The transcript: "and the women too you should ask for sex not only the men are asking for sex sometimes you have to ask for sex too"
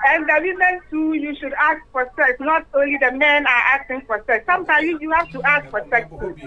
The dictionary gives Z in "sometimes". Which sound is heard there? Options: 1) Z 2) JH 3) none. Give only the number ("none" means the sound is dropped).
3